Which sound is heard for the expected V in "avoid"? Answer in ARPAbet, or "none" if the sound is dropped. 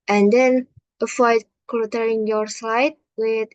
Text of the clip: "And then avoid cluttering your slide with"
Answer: F